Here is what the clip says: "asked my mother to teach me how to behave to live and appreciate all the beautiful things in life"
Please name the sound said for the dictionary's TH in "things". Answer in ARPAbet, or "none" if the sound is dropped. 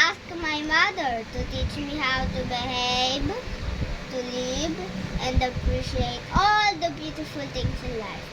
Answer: T